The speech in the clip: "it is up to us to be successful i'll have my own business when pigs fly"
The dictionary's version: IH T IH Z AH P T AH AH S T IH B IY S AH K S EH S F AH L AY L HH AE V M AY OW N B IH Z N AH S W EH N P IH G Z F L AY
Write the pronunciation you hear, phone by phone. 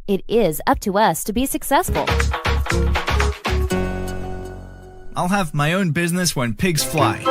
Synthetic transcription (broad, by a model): IH T IH Z AH P T AH AH S T IH B IY S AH K S EH S F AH L AY L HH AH V M AY OW N B IH Z N AH S W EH N P IH G Z F L AY